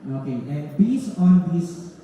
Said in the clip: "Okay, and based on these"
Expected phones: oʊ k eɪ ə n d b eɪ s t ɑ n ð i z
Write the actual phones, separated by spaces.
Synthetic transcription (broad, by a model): oʊ k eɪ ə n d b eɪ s ɑ n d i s